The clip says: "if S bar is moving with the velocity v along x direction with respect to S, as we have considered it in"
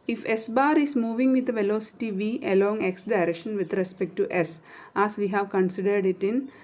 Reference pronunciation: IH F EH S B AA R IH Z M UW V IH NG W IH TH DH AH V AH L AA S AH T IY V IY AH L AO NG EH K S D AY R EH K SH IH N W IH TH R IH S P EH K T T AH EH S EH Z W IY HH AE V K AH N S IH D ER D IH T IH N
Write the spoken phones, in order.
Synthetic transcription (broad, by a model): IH F EH S B AA R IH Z M UW V IH NG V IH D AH V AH L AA S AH T IY V IY AH L AO NG EH K S D AY R EH K SH IH N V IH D R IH S P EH K T T AH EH S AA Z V IY HH AE V K AH N S IH D ER D IH T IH N